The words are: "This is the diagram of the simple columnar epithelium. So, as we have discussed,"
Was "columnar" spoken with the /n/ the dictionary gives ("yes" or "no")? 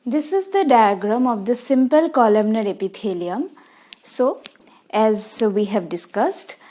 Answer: yes